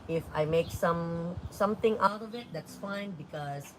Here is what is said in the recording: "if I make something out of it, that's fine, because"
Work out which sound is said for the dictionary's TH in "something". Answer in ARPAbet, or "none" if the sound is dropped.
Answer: T